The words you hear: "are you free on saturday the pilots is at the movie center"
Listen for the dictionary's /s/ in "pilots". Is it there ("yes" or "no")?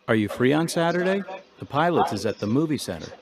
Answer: no